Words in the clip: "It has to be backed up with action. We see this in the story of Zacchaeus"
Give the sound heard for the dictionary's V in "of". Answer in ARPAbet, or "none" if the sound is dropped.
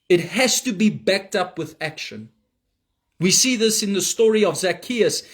V